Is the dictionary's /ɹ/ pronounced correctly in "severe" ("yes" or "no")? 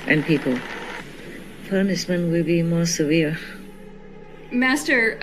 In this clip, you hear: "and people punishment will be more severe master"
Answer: yes